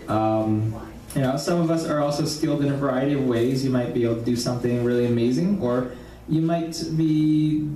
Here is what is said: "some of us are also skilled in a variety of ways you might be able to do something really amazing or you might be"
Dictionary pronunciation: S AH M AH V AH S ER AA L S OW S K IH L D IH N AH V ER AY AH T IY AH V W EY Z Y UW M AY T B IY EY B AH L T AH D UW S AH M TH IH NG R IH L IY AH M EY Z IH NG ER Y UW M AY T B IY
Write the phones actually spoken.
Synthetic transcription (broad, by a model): S AH M AH V AH S ER AA L S OW S K IH L D IH N V ER AY AH T IY AH V W EY Z Y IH M AY T B IY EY B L T AH D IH S AH M TH IH NG R IH L IY AH M EY Z IH NG ER Y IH M AY T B IY